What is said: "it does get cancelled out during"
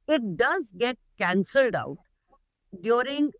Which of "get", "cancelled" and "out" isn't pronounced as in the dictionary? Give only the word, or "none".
none